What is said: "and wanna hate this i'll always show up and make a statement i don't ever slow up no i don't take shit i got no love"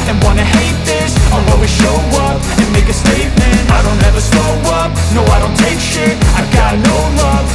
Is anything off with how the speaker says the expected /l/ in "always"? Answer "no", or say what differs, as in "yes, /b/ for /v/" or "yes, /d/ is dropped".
yes, /l/ is dropped